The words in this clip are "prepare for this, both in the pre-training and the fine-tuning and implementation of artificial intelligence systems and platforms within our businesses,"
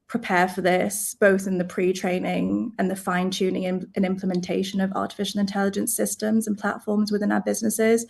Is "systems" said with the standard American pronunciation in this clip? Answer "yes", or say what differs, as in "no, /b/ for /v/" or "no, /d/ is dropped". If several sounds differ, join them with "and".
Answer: yes